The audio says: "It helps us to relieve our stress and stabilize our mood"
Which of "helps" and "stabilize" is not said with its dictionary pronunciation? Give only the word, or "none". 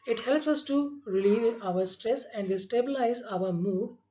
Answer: none